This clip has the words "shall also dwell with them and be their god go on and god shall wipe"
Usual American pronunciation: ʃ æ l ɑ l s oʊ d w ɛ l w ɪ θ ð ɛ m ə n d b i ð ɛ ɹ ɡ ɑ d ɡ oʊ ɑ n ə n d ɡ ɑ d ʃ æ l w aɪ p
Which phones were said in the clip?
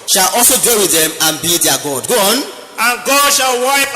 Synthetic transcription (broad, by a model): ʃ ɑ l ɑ s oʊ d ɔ w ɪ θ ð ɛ m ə n b i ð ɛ ɡ ɑ d ɡ oʊ ɑ n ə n ɡ ɑ d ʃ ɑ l w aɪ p